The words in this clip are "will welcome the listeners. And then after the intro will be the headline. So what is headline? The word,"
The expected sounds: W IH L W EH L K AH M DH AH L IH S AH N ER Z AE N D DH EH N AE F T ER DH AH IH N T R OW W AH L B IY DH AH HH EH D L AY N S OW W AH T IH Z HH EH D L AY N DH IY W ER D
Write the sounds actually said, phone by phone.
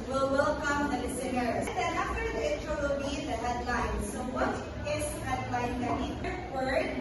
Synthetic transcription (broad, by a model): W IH L W EH L K AH M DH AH L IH S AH N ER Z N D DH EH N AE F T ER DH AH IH T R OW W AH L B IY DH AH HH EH D L AY N S OW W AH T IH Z HH EH D L AY N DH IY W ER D